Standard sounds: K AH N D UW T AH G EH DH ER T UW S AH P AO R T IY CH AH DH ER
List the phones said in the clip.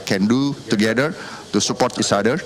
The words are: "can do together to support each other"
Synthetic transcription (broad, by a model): K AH N D UW T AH G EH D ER T UW S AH P AO T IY S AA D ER